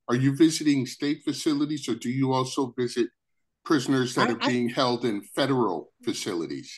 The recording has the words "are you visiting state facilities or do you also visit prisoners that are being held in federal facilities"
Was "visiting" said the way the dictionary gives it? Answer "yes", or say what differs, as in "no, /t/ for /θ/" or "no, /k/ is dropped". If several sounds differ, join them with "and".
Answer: yes